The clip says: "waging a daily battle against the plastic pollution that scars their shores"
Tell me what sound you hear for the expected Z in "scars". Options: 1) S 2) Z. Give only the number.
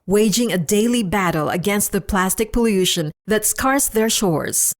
1